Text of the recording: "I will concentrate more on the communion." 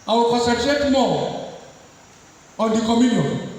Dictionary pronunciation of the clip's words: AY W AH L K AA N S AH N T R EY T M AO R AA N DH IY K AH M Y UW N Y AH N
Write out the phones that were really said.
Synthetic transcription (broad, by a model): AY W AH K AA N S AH T EY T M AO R AA N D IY K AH M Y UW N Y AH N